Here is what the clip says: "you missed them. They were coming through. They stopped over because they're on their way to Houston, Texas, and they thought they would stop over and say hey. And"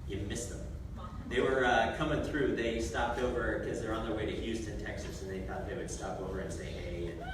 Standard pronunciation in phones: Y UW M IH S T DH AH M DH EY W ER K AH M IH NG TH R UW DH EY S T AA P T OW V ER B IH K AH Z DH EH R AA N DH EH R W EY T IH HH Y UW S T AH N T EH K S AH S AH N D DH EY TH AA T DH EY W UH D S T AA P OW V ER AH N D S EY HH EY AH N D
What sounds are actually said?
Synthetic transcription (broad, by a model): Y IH M IH S DH AH M DH EY W ER K AH M IH NG TH R UW DH EY S T AA P T OW V ER K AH Z DH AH R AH N DH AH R W EY T IH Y UW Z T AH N T EH K S AH S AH N DH EY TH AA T DH EY W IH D S T AA P OW V ER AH N S EY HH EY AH